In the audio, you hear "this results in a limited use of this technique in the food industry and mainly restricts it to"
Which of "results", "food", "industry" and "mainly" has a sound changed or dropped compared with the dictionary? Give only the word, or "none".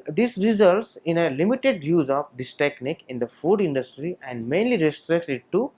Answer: none